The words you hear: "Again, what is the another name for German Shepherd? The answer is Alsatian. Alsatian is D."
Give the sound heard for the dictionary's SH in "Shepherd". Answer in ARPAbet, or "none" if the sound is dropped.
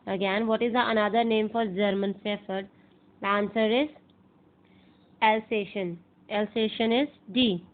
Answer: S